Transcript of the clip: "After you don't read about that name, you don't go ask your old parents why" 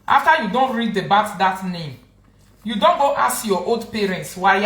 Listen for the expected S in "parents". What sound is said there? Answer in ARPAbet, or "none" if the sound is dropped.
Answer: S